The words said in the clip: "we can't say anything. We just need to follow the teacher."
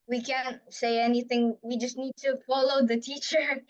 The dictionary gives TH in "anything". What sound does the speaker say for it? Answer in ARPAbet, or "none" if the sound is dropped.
TH